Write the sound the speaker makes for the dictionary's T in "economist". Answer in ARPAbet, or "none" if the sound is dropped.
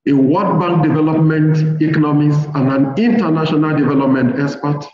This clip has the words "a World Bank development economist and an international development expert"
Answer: none